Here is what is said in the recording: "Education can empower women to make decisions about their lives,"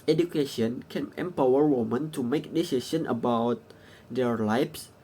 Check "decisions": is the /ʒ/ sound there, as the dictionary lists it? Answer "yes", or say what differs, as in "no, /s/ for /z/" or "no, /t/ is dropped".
no, /s/ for /ʒ/